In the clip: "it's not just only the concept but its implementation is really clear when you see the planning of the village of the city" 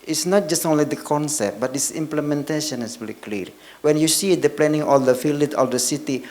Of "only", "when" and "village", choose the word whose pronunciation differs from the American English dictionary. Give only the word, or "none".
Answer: village